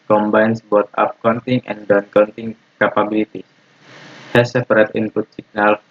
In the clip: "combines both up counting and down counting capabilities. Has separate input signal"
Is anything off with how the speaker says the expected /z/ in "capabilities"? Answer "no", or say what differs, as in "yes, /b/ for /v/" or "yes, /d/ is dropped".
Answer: yes, /z/ is dropped